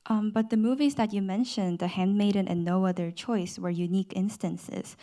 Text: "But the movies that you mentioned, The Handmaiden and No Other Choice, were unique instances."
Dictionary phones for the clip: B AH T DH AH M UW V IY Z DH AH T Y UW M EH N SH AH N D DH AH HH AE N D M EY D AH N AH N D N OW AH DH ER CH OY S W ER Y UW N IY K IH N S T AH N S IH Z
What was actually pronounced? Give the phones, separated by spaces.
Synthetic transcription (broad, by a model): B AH T DH AH M UW V IY Z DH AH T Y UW M EH N SH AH N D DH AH HH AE N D M EY D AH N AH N N OW AH DH ER CH OY S W ER Y UW N IY K IH N S T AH N S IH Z